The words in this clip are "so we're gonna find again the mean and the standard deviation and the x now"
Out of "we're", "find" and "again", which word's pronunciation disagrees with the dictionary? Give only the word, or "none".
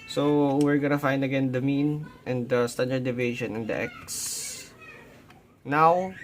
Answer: none